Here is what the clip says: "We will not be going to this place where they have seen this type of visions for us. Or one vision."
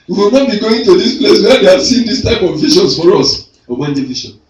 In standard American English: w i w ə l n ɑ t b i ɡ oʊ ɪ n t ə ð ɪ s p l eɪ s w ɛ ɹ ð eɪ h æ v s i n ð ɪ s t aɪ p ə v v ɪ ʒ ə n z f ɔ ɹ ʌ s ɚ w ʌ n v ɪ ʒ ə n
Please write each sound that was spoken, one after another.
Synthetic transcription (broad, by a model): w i w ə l n ɑ t b i ɡ oʊ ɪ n t ə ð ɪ s p l eɪ s w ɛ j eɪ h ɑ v s i n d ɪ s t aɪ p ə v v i ʃ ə n s f ɔ ɹ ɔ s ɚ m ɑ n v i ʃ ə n